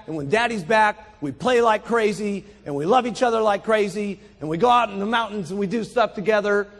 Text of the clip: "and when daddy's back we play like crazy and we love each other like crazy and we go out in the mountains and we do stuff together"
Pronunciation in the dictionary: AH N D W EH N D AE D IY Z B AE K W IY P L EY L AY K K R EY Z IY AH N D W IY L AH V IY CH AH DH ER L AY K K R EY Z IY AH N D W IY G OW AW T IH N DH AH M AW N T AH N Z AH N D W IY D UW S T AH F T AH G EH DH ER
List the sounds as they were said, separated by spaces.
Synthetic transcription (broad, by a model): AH N W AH N D AE D IY Z B AE K W IY P L EY L AY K K R EY Z IY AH N W IY L AH V IY CH AH DH ER L AY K K R EY Z IY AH N W IY G OW AW T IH N DH AH M AW N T N Z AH N W IY D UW S T AH F T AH G EH DH ER